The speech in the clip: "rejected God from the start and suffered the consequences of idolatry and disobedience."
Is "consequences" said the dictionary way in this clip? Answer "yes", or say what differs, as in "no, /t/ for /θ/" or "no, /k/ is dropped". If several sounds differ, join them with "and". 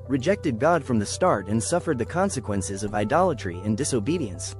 yes